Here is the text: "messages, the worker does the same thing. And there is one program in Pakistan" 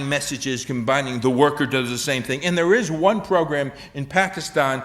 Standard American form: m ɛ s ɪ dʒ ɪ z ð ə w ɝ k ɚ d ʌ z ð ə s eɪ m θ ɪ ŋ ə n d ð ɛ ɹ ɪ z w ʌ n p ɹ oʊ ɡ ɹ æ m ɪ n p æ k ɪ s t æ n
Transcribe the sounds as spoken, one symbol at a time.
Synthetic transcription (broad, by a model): m ɛ s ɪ dʒ ɪ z ð ə w ɝ k ɚ d ʌ z ð ə s eɪ m θ ɪ ŋ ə n ð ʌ ɹ ɪ z w ʌ n p ɹ oʊ ɡ ɹ æ m ɪ n p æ k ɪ s t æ n